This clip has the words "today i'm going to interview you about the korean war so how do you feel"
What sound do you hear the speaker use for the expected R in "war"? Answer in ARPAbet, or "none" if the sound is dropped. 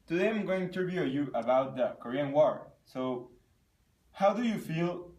R